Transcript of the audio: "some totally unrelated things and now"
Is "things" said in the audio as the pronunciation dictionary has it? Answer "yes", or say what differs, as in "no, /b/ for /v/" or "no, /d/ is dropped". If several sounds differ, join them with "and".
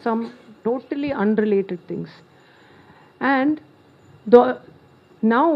no, /t/ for /θ/ and /s/ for /z/